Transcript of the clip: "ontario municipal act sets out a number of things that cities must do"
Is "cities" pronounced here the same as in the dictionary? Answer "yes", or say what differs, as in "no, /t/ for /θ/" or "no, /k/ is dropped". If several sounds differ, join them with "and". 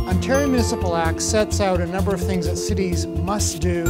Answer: yes